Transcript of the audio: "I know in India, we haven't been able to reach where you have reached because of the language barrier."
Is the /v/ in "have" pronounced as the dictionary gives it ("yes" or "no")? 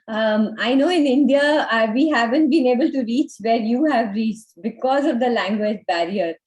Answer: yes